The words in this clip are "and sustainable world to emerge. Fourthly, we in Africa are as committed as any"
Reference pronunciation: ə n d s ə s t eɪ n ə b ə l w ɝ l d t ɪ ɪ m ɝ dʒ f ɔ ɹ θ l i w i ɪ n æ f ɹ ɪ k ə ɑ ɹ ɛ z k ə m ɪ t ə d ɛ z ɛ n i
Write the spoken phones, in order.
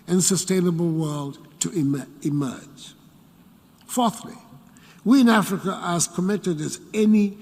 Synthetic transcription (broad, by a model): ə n s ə s t eɪ n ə b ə l w ɝ l d t ɪ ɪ m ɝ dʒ f ɔ ɹ θ l i w i ɪ n æ f ɹ ɪ k ə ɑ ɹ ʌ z k ə m ɪ t ə d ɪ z ɛ n i